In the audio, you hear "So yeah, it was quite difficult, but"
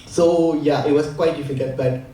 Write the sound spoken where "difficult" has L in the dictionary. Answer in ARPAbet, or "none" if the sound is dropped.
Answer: none